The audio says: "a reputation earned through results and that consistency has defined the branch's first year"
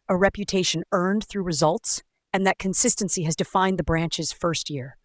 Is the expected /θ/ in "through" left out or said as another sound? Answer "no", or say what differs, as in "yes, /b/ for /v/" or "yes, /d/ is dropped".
no